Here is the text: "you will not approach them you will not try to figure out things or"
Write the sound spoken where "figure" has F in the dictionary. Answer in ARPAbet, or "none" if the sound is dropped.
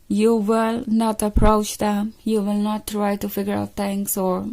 F